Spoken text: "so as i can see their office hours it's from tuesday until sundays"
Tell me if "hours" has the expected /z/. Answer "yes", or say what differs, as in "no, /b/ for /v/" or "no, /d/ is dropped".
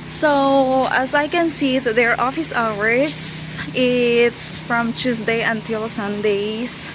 no, /s/ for /z/